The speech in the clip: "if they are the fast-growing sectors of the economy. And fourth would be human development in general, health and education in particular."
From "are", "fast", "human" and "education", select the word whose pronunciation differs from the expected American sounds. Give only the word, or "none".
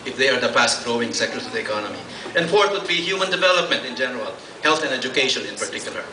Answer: fast